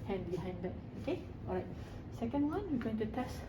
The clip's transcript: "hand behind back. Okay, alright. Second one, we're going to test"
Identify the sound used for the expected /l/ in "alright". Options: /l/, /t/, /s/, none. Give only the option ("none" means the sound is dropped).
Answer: none